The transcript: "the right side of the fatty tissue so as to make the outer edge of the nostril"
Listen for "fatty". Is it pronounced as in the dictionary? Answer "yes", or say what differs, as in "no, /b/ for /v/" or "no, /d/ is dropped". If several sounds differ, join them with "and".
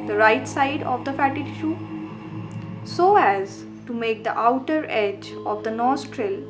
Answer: yes